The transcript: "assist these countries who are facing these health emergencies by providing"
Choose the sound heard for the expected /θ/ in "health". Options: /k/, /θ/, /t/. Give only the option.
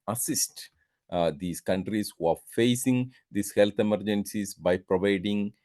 /t/